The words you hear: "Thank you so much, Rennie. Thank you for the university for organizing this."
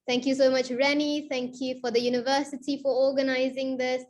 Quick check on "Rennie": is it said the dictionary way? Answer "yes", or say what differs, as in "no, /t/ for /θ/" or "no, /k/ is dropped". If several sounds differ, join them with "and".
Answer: yes